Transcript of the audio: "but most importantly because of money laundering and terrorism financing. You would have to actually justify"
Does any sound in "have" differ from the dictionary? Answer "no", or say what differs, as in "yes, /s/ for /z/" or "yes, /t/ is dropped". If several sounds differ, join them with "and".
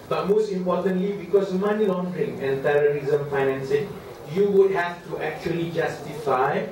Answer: yes, /f/ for /v/